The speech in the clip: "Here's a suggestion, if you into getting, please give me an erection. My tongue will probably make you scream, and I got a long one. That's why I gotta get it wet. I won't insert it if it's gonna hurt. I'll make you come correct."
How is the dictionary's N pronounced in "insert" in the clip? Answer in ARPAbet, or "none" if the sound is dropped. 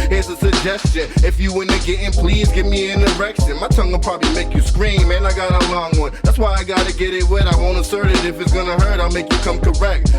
none